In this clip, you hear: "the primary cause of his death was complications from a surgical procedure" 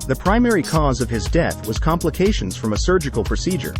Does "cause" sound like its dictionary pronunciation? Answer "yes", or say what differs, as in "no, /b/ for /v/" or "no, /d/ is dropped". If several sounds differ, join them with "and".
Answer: yes